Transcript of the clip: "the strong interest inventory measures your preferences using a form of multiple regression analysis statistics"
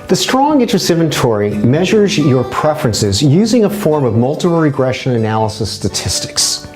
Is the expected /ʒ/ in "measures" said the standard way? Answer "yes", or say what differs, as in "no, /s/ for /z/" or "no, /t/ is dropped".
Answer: yes